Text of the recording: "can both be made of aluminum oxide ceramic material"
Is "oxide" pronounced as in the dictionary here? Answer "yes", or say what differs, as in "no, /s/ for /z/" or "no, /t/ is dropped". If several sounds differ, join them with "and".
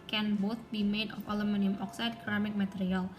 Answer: yes